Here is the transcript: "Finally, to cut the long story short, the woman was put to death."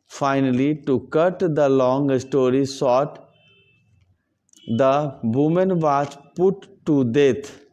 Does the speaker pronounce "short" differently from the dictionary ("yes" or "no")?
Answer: yes